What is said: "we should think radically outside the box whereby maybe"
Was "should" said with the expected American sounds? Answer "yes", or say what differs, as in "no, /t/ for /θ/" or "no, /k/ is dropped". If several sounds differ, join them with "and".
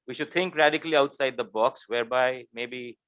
yes